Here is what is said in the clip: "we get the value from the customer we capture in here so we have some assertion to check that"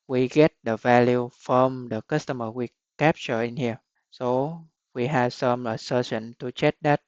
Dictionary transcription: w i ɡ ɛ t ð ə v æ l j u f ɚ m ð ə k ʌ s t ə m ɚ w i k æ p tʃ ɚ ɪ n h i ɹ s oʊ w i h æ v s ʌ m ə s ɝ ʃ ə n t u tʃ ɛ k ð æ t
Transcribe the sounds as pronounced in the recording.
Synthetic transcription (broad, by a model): w i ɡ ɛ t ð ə v æ l j u f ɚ m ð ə k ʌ s t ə m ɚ w i k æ p tʃ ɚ ɪ n h i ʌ s oʊ w i h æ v s ʌ m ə s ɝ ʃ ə n t u tʃ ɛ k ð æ t